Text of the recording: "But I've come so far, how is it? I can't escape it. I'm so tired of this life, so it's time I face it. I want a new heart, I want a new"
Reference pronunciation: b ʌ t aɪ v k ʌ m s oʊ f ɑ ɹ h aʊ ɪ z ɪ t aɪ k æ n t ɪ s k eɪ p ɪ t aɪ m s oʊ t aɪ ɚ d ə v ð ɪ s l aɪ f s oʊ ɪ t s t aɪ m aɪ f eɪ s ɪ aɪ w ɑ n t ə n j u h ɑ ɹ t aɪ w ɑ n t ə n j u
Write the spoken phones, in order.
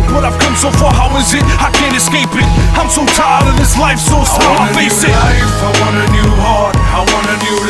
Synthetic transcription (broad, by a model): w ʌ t aɪ v k ʌ m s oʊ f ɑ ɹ h aʊ ɪ z ɪ t aɪ k æ n t ɪ s k eɪ p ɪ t aɪ m s oʊ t aɪ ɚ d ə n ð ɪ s l aɪ f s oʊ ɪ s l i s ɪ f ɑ ɪ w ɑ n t ə n j u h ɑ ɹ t aɪ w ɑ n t ə n j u